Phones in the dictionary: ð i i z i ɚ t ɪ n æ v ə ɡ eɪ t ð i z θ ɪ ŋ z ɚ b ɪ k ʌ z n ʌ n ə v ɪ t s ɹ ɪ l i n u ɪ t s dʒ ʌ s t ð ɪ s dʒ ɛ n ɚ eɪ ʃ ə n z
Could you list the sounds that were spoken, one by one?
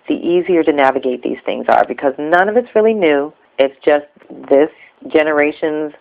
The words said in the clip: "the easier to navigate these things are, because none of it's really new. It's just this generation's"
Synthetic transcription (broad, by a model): ð i i z i ɚ t ɪ n æ v ə ɡ eɪ t ð i z θ ɪ ŋ z ɚ b ɪ k ʌ z n ʌ n ə v ɪ t s ɹ ɪ l i n u ɪ t s dʒ ʌ s t ð ɪ s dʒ ɛ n ɚ eɪ ʃ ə n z